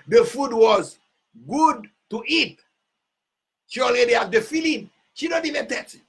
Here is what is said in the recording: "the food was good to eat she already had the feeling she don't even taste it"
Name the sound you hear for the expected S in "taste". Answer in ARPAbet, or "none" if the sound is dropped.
none